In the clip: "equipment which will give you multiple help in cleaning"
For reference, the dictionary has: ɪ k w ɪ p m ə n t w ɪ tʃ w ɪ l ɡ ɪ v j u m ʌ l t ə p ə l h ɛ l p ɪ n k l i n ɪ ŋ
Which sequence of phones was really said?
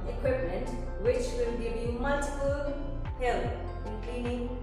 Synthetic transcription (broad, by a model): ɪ k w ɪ p m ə n t w ɪ tʃ w ɪ l ɡ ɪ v j u m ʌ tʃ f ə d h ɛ l ɪ n k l i n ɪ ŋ